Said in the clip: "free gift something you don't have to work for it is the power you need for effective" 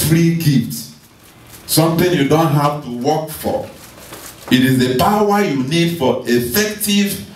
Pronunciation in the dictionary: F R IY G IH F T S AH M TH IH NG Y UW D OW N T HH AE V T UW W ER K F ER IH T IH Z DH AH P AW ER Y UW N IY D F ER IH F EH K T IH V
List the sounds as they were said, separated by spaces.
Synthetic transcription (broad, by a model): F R IY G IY T S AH M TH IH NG Y UW D OW N T HH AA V T UW W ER K F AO IH T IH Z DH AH P AW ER Y UW N IY D F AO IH F EH K T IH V